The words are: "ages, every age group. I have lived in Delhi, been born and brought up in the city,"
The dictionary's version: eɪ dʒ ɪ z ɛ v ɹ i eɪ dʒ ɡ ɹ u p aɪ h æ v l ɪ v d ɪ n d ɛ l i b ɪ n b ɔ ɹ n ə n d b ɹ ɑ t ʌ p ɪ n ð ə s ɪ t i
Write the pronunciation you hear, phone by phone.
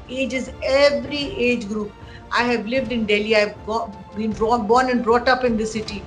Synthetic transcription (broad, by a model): eɪ dʒ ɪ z ɛ v ɹ i eɪ dʒ ɡ ɹ u p aɪ h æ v l ɪ v d ɪ n d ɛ l i b ɪ n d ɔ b n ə n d b ɹ ɑ t ʌ p ɪ n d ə s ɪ t i